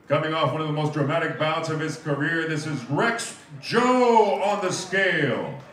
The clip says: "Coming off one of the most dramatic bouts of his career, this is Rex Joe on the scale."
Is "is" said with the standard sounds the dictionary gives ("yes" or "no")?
yes